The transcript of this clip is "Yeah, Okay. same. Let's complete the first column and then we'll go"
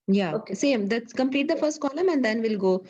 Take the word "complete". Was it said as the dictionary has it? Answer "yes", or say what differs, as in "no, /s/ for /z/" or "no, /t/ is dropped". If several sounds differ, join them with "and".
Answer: yes